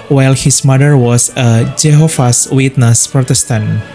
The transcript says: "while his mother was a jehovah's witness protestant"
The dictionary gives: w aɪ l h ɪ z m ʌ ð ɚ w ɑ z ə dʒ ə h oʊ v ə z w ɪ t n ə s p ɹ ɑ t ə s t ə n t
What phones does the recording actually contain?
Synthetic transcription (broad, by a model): w aɪ l h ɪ s m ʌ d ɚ w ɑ s ə dʒ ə h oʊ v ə s w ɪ t n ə s p ɹ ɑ t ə s t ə n